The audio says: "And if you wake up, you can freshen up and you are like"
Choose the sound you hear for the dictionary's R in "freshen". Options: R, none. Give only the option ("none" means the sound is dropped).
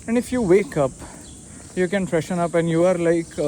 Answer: R